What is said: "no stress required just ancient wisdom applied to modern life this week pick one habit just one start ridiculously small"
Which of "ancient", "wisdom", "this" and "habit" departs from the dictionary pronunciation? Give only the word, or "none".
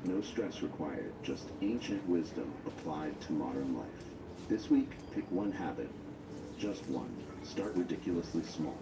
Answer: none